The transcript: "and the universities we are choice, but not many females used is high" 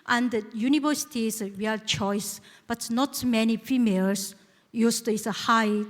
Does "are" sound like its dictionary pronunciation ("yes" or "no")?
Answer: no